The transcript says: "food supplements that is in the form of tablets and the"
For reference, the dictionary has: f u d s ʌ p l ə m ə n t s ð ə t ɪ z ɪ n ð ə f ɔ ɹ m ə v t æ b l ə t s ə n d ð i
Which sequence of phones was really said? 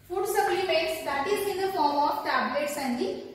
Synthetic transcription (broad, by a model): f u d s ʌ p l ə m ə t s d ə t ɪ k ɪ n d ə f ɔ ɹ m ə f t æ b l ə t s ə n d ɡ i